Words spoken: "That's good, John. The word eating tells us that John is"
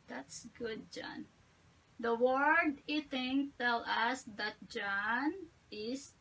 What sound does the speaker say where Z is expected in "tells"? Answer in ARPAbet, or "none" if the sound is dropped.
none